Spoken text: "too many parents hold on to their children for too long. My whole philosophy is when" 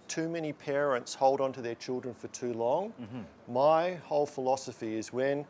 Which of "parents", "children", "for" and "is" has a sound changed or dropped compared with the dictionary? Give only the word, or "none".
none